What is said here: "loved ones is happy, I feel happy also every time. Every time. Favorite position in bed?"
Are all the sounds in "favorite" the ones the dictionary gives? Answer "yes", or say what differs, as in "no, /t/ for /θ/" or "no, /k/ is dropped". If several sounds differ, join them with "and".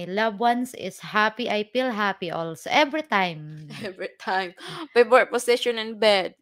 no, /p/ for /f/